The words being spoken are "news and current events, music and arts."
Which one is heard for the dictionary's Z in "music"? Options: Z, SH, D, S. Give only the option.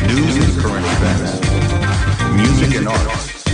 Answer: Z